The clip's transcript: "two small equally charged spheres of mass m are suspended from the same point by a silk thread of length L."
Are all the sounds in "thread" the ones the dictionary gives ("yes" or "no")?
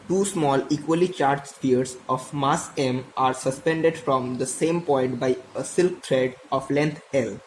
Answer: no